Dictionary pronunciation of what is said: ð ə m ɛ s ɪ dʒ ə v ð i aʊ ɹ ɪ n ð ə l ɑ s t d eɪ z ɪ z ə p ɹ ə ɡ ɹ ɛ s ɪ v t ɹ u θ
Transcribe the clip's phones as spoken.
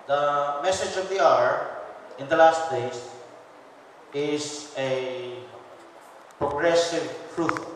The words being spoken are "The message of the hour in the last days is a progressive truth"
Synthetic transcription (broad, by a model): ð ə m ɛ s ɪ dʒ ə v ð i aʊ ɹ ɪ n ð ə l ɑ s t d eɪ s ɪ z ə p ɹ ə ɡ ɹ ɛ s ɪ v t ɹ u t